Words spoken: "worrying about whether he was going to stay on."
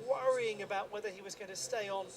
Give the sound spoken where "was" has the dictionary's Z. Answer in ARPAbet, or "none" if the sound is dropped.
Z